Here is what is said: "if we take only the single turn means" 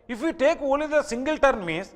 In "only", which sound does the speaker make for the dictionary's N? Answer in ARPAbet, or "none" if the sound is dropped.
none